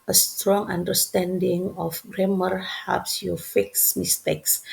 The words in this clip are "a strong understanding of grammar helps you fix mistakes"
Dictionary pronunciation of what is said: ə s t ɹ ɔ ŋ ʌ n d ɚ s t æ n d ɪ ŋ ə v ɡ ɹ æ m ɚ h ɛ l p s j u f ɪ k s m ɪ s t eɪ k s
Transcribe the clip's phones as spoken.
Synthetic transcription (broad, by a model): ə s t ɹ ɔ ŋ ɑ n d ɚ s t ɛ n d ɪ ŋ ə f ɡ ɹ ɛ m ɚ h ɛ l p s j u f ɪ k s m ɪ s t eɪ k s